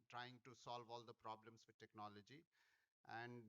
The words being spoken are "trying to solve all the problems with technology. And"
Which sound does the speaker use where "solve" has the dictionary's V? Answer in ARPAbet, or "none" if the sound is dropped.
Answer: V